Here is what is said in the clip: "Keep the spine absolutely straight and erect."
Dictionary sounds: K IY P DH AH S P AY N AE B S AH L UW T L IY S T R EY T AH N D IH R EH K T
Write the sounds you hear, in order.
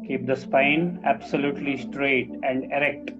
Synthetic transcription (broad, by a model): K IY P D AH S P AY N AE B S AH L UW T L IY S T R EY T AH N D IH R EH K T